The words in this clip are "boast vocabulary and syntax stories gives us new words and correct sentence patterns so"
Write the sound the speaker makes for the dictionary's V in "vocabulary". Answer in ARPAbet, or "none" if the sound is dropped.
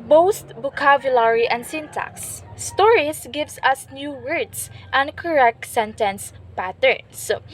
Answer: B